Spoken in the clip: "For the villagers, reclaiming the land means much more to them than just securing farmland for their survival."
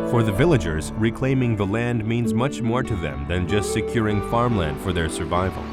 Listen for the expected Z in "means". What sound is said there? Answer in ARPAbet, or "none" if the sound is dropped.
Z